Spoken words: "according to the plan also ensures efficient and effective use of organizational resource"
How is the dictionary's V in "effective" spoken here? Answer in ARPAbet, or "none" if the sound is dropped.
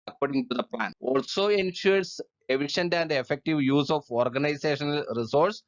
V